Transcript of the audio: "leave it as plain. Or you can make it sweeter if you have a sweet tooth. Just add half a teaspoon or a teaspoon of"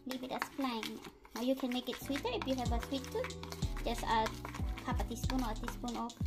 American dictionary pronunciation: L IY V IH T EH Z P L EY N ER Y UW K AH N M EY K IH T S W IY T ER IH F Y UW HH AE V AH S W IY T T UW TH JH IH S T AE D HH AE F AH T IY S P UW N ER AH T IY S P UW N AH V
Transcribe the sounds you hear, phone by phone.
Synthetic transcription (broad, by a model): L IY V IH T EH S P L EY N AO Y UW K AH N M EY K IH T S W IY T ER IH F Y UW HH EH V AH S W IY T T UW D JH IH S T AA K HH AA P AH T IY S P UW N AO AH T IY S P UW N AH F